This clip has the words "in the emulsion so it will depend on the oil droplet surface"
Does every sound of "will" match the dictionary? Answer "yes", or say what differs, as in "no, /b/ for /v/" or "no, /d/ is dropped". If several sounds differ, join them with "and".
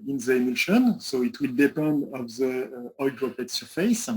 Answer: yes